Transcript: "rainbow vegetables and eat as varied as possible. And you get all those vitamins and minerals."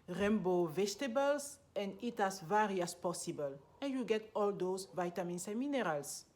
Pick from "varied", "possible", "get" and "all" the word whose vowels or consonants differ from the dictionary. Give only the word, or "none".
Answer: varied